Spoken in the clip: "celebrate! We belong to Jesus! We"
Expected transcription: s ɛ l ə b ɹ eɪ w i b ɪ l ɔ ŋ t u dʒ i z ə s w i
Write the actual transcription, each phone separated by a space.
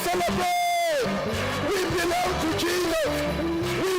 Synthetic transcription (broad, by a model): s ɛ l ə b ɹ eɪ w i b ɪ l ɔ ŋ t u tʃ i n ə w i